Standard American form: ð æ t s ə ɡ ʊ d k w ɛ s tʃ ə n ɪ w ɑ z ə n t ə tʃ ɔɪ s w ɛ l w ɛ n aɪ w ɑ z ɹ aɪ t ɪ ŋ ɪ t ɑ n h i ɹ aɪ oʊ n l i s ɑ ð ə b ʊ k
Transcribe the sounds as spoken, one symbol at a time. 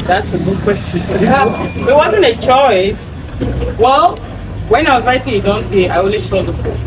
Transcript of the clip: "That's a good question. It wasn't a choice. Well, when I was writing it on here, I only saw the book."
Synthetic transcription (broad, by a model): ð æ t s ə ɡ ʊ d k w ɛ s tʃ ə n ɪ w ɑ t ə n ə tʃ ɔɪ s w ɛ l w ɛ n aɪ w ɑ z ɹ aɪ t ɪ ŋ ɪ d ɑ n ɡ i aɪ oʊ n l i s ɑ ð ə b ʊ